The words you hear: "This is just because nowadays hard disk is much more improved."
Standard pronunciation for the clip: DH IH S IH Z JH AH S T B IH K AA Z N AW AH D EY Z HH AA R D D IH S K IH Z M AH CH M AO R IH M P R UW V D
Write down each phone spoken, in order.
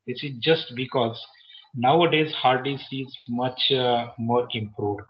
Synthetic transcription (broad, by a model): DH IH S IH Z JH AH S T B IH K AA Z N AW AH D EY Z HH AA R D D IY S IH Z M AH CH M AO R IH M P R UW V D